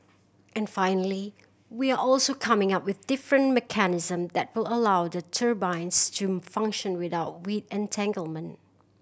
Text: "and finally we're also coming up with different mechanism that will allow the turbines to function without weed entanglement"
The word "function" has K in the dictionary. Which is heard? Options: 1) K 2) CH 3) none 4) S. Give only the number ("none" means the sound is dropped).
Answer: 1